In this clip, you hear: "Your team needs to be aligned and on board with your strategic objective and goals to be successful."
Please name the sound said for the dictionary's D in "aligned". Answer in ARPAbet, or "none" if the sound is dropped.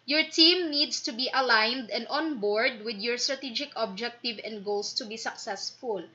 D